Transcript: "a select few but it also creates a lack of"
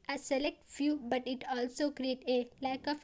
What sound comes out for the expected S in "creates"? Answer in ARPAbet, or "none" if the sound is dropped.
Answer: none